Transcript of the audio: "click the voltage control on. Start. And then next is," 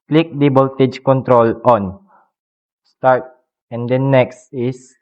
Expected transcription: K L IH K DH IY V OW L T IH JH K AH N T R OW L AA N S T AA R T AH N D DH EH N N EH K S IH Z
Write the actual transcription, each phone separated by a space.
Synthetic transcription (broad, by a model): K L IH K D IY B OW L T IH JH K AH N T R OW L AA N S T AA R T AH N D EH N N EH K S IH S